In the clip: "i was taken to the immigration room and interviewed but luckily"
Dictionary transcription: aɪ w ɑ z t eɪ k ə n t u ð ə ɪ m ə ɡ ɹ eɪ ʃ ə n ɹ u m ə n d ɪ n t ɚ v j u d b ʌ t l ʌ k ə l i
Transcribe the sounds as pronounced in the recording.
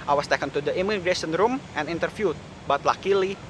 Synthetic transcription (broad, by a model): aɪ w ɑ s t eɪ k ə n t u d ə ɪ m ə ɡ ɹ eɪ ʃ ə n ɹ u m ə n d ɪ n t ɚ f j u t b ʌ t l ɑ k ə l i